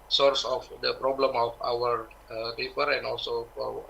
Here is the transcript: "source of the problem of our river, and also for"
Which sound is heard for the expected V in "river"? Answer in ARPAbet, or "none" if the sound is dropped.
F